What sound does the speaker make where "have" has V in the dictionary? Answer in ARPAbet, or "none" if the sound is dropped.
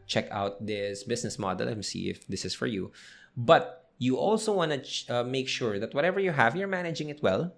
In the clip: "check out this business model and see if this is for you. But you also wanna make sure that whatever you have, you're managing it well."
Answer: V